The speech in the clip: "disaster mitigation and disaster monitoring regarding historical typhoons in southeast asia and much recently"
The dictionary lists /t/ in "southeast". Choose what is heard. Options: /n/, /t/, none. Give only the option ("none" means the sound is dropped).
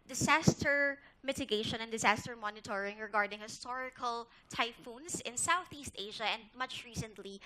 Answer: /t/